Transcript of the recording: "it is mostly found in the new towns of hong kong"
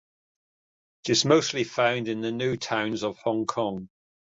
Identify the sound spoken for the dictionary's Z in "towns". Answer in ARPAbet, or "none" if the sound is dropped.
Z